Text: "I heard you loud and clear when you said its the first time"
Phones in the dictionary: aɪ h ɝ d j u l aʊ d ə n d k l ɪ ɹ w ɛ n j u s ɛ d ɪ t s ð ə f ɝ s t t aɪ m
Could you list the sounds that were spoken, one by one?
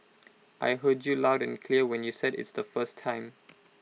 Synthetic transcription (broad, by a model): aɪ h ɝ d j u l aʊ d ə n k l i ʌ w ɛ n j u s ɛ d ɪ t s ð ə f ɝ s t t aɪ m